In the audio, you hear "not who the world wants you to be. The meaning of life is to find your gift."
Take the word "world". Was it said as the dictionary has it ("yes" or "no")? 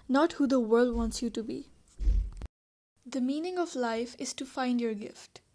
yes